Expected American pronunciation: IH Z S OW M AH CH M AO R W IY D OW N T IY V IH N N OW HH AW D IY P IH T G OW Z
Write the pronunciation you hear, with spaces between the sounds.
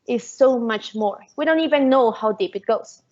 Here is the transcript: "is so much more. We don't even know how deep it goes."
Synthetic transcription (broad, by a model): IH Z S OW M AH CH M AO R W IY D OW N T IY V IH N N OW HH AW D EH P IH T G OW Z